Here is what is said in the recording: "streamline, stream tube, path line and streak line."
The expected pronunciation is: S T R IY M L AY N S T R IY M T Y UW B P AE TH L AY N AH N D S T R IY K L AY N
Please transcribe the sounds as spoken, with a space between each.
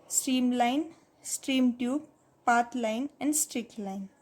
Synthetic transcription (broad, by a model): S T R IY M L AY N S T R IY M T Y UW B P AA T L AY N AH N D S T R IY K L AY N